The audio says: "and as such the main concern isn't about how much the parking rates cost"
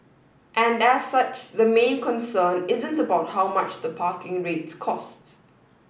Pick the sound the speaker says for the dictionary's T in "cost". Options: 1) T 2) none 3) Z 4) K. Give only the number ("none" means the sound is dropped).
1